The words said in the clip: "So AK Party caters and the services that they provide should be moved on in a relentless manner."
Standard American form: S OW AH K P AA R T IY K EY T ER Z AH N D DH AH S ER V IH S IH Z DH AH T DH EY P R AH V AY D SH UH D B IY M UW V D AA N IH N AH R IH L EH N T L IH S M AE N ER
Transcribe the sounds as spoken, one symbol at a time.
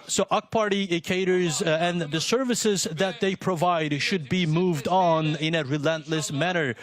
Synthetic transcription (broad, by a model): S OW AH K P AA R T IY K EY T ER Z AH N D DH AH S ER V IH S IH Z DH AH T DH EY P R AH V AY D SH UH D B IY M UW V D N IH N AH R IH L EH N T L IH S M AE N ER